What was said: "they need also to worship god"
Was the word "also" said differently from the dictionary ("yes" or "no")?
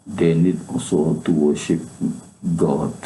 yes